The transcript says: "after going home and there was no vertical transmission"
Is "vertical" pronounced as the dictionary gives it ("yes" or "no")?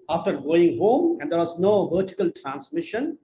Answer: yes